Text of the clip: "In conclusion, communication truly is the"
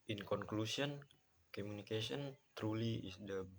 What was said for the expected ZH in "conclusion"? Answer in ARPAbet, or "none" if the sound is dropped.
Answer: S